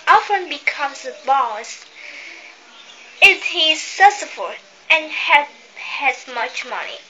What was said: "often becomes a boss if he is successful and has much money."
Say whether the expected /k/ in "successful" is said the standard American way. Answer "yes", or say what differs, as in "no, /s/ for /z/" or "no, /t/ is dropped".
no, /k/ is dropped